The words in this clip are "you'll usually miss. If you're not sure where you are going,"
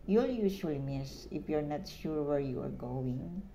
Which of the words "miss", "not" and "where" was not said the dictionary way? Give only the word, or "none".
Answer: none